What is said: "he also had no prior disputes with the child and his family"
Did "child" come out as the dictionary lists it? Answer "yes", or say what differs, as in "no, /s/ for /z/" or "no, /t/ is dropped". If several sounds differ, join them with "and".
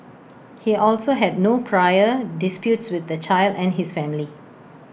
yes